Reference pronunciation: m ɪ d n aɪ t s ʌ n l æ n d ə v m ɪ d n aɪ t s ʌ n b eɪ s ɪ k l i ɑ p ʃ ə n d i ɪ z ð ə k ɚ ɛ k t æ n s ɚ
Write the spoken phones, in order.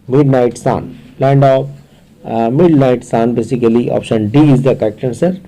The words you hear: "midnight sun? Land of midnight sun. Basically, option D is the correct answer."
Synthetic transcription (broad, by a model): m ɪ d n aɪ t s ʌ n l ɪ n d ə p m ɪ d n aɪ t s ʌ n b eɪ s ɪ k l i ɑ p ʃ ə n d i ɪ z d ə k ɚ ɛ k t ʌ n s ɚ